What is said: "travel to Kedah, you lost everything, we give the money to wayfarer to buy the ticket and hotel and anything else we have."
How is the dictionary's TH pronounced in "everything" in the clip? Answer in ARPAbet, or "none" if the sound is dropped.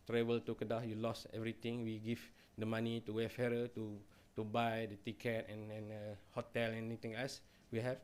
T